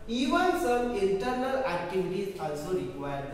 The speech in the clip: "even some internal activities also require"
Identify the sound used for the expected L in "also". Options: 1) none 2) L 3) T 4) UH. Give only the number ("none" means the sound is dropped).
2